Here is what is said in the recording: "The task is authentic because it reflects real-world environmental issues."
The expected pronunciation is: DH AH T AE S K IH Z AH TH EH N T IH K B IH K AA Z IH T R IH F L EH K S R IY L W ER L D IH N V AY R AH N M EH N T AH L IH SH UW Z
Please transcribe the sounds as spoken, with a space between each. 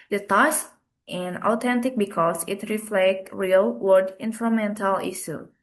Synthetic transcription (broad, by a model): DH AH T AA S IH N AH T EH N T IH K B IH K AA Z IH T R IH F L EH K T R IY L W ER D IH N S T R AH M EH N T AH L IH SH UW